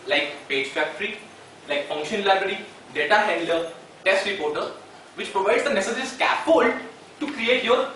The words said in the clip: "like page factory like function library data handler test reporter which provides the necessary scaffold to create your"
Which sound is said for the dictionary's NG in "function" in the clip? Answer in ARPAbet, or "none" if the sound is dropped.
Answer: NG